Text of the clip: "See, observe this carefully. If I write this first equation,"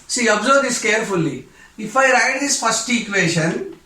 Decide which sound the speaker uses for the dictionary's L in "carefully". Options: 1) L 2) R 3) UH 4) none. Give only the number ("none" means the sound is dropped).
1